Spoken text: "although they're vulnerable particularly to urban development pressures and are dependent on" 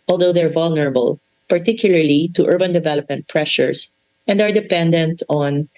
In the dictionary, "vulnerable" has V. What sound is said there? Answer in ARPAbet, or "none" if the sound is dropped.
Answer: V